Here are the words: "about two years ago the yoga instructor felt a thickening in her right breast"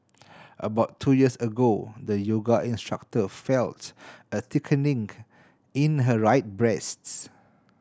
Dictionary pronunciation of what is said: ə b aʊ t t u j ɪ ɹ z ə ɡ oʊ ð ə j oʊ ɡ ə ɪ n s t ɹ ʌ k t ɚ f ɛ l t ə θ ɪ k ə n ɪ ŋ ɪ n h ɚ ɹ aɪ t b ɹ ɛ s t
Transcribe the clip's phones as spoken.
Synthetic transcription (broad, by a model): ə b aʊ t t u j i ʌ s ə ɡ oʊ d ə j oʊ ɡ ə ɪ n s t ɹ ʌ k t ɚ f ɛ l t ə t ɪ k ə n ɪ ŋ ɪ n h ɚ ɹ aɪ t b ɹ ɛ s t